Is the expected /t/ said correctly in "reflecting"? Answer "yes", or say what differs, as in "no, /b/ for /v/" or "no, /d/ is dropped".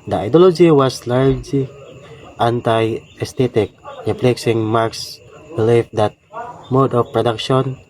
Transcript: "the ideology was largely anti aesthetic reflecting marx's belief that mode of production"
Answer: no, /s/ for /t/